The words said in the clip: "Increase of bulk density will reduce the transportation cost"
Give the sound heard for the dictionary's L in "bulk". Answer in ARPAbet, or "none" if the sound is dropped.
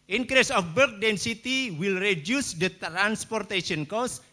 none